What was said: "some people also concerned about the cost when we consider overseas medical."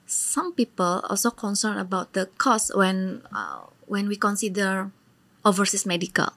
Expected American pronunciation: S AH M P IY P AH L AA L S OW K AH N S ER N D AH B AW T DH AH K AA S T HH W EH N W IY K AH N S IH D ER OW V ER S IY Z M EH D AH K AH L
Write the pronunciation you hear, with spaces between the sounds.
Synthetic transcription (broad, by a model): S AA M P IY P AH L AA L S OW K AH N S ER N AH B AW T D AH K AA S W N W EH N W IY K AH N S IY D ER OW V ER S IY S M EH D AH K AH L